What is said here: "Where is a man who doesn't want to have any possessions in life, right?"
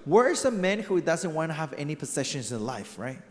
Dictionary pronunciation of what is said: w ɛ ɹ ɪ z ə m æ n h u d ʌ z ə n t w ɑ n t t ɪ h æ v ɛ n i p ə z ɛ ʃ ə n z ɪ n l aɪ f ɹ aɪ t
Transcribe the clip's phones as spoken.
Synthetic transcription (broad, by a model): w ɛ ɹ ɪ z ə m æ n h u d ʌ z ə n t w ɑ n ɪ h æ v ɛ n i p ə z ɛ ʃ ə n z ɪ n l aɪ f ɹ aɪ t